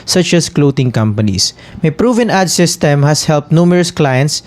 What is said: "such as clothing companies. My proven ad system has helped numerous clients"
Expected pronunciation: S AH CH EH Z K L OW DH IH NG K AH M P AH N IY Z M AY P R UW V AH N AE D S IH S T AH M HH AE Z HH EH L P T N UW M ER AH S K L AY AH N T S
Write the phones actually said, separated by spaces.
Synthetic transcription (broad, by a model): S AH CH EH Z K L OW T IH NG K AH M P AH N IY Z M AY P R UW V AH N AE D S IH S T AH M HH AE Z HH EH L P T N UW M ER AH S K L AY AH N T S